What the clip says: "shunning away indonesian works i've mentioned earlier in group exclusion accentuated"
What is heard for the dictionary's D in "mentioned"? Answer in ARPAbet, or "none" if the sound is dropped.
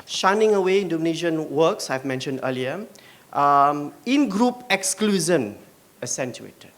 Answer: D